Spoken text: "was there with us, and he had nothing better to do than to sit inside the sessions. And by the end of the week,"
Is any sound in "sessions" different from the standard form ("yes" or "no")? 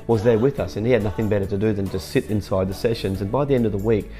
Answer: no